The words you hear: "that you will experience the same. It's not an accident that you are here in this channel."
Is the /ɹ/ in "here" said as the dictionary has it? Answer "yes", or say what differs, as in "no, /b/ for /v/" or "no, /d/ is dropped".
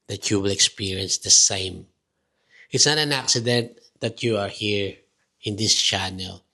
yes